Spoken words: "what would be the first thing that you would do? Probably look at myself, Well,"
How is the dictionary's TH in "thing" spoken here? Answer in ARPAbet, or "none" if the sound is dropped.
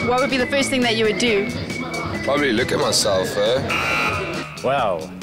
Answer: TH